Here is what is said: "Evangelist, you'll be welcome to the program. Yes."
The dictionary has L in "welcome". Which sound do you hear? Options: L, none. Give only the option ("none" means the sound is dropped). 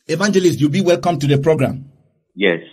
L